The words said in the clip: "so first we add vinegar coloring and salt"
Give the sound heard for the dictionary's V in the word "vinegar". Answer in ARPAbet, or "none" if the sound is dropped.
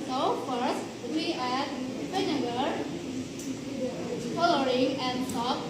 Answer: P